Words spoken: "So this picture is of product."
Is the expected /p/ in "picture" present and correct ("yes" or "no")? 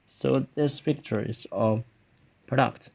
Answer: no